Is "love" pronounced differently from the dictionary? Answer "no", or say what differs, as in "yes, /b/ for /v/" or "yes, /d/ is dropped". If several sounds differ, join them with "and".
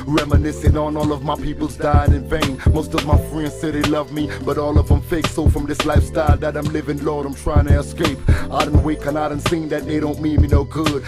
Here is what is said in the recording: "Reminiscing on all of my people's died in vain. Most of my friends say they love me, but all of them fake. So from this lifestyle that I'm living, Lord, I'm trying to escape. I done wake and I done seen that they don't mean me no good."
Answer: no